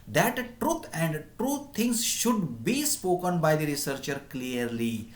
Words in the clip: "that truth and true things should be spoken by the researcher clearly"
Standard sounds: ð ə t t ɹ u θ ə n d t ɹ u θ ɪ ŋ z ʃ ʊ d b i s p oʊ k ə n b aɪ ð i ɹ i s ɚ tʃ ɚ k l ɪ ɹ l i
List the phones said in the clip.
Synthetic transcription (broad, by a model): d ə t t ɹ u t ə n d t ɹ u t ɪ ŋ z ʃ ʊ d b i s p oʊ k ə n b aɪ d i ɹ i s ɚ tʃ ɚ k l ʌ ɹ l i